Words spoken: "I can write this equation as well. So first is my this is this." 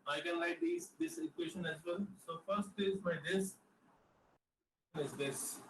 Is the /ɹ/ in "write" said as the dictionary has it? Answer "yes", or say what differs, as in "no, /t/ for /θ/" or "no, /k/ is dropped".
no, /l/ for /ɹ/